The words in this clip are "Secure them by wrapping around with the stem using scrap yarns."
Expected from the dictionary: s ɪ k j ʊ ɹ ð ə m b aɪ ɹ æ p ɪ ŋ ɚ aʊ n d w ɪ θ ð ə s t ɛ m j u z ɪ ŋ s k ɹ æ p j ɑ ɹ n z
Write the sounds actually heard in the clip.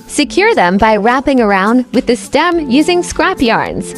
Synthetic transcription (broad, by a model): s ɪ k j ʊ ɹ ð ə m b aɪ ɹ æ p ɪ ŋ ɚ aʊ n d w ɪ ð ə s t ɛ m j u z ɪ ŋ s k ɹ æ p j ɑ ɹ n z